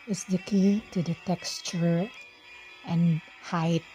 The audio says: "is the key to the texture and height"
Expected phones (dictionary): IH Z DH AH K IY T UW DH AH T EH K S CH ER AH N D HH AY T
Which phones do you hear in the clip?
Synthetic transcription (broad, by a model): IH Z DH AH K IY T UW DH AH T EH K S CH ER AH N HH AY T